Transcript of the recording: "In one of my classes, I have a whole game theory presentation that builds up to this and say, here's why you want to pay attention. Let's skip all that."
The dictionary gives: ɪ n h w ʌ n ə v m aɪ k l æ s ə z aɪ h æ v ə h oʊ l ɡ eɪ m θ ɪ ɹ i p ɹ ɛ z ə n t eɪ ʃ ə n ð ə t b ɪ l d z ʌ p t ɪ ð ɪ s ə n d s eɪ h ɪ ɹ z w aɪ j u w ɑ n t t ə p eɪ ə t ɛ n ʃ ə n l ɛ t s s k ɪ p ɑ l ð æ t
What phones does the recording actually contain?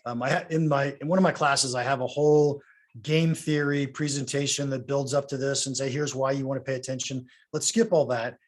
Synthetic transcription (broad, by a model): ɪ n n w ʌ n ə v m aɪ k l æ s ə z aɪ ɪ v ə h oʊ l ɡ eɪ m θ ɪ ɹ i p ɹ ɛ z ə n t eɪ ʃ ə n ð ə t b ɪ l d z ʌ p t ɪ ð ɪ s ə n s eɪ h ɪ ɹ z w aɪ j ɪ w ɑ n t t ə p eɪ ə t ɛ n ʃ ə n l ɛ t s s k ɪ p ɑ l ð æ t